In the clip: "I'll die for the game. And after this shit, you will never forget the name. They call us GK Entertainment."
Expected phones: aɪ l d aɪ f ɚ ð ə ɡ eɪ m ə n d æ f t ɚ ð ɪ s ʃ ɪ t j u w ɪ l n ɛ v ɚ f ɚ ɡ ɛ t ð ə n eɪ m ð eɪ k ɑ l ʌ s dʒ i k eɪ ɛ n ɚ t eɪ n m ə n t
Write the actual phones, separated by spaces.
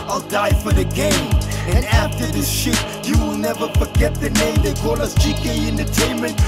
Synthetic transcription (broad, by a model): aɪ l d aɪ f ɚ ð ə ɡ eɪ m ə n æ f t ɚ ð ɪ s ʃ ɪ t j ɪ w ɪ l n ɛ v ɚ f ɚ ɡ ɛ t ð ə n eɪ m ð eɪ k ɑ l ʌ s tʃ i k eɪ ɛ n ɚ t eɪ n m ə n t